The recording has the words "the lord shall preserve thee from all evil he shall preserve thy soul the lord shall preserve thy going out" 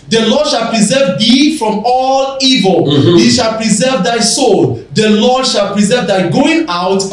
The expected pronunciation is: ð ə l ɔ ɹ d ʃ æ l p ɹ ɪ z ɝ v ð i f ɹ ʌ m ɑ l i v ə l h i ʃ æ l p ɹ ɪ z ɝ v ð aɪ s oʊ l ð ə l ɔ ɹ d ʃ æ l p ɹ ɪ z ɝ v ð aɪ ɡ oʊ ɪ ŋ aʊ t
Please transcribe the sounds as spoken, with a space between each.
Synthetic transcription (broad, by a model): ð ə l ɔ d ʃ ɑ l p ɹ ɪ z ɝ v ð i f ɹ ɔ m ɑ l i v ə l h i ʃ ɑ l p ɹ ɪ z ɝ v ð aɪ s oʊ l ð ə l ɔ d ʃ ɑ l p ɹ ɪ z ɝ v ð aɪ ɡ oʊ ɪ ŋ aʊ t